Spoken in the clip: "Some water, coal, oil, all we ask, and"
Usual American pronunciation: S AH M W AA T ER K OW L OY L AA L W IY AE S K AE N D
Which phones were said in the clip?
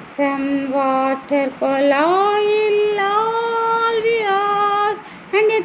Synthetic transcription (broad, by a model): S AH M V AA T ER K OW L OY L AA L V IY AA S AE N D